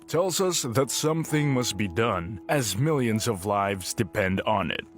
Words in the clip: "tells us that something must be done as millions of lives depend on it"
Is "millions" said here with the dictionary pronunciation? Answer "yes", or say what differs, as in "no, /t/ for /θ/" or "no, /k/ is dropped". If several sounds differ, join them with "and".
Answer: yes